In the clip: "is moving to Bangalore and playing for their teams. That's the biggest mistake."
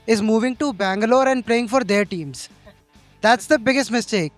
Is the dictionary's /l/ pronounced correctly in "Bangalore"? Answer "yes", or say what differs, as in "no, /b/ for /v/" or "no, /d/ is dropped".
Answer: yes